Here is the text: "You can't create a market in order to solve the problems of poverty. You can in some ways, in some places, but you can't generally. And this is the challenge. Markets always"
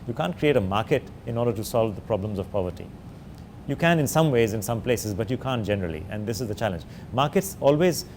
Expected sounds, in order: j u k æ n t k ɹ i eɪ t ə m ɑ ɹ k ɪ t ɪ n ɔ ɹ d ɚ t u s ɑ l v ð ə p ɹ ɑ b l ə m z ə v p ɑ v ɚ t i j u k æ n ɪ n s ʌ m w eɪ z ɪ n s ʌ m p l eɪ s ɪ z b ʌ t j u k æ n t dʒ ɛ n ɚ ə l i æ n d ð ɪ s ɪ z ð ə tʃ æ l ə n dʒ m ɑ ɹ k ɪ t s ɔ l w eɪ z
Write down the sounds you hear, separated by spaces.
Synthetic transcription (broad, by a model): j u k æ n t k ɹ i eɪ t ə m ɑ ɹ k ɪ t ɪ n ɔ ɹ d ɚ t u s ɑ l v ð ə p ɹ ɑ b l ə m z ə v p ɑ v ɚ t i j u k æ n ɪ n s ʌ m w eɪ z ɪ n s ʌ m p l eɪ s ɪ z b ʌ t j u k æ n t dʒ ɛ n ɚ ə l i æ n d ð ɪ s ɪ z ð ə tʃ æ l ə n dʒ m ɑ ɹ k ɪ t s ɔ l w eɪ z